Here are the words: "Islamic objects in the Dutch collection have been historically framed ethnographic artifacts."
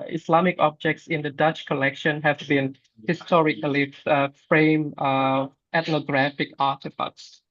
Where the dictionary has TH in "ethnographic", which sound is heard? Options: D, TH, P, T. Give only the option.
T